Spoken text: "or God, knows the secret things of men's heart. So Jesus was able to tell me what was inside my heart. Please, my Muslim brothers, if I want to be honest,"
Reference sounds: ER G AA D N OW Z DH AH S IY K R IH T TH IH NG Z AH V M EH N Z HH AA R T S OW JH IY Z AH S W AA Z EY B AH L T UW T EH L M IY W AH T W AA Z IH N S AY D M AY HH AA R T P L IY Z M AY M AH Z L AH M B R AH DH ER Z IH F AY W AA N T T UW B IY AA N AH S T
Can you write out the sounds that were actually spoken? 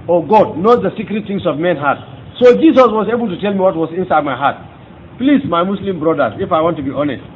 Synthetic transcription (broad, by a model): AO G AA D N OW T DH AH S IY K R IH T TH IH NG S AH V M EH N HH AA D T S OW JH IY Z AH S W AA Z EY B AH L T UW T EH L M IY W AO T W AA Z IH N S AY D M AY HH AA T P L IY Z M AY M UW S L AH M B R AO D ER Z IH F AY W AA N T T UW B IY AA N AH S T